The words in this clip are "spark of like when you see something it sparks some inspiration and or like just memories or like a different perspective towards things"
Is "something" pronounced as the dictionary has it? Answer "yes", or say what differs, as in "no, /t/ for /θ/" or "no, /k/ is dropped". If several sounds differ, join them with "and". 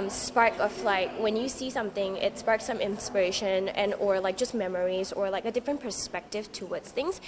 yes